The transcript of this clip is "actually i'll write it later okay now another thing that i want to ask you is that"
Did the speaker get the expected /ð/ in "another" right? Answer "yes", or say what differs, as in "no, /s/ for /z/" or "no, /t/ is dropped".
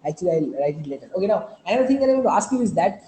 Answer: no, /ð/ is dropped